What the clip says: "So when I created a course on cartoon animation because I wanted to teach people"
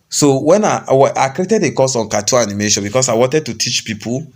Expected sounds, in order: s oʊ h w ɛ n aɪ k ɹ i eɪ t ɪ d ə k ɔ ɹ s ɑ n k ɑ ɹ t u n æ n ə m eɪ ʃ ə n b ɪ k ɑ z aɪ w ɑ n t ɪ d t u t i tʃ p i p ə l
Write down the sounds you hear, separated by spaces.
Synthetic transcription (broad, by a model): s oʊ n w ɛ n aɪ k ɹ i eɪ t ɪ d ə k ɔ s ɑ n k ɑ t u ɑ n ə m eɪ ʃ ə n b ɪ k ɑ s aɪ w ɑ n t ɪ d t u t i tʃ p i p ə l